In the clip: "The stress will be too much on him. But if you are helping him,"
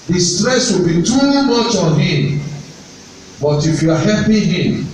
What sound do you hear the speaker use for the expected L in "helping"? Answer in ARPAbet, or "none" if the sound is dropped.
none